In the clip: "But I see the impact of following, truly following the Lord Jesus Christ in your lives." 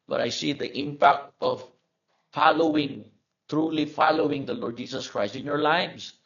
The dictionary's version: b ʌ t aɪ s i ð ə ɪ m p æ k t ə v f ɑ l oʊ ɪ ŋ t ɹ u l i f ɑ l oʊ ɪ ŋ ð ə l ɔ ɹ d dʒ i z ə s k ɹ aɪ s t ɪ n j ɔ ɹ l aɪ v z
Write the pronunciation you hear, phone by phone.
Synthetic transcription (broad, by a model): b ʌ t aɪ s i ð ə ɪ m p æ k t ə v f ɑ l oʊ ɪ ŋ t ɹ u l i f ɑ l oʊ ɪ ŋ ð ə l ɔ ɹ d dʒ i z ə s k ɹ aɪ s t ɪ n j ɔ ɹ l aɪ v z